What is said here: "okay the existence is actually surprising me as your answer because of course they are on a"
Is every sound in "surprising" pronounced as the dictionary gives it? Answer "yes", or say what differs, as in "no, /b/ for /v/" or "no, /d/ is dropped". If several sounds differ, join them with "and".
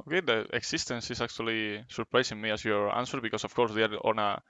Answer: no, /s/ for /z/